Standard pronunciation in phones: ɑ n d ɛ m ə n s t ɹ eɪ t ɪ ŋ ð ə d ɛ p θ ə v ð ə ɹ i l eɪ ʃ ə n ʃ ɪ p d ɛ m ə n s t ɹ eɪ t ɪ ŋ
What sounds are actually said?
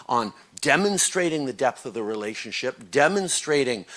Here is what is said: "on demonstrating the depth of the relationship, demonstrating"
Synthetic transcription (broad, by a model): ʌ n d ɛ m ə n s t ɹ eɪ t ɪ ŋ ð ə d ɛ p θ ə v ð ə ɹ i l eɪ ʃ ə n ʃ ɪ p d ɛ m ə n s t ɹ eɪ t ɪ ŋ